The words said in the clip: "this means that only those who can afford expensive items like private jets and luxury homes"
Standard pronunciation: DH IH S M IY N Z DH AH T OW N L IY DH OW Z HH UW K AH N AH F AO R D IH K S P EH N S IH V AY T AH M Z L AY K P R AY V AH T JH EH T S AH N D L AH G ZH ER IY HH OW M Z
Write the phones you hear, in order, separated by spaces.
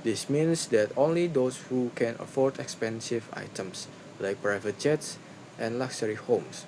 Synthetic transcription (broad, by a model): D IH S M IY N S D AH T OW N L IY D OW S HH UW K AH N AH F AO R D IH K S P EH N S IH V AY T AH M S L AY K P R AY V AH T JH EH T S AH N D L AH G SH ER IY HH OW M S